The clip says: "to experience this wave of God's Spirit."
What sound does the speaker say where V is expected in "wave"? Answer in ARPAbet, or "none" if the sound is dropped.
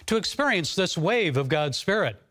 V